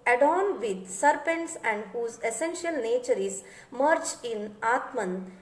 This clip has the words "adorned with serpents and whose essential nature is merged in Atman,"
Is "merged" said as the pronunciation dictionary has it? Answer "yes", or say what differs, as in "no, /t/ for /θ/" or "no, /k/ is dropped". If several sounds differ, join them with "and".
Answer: no, /d/ is dropped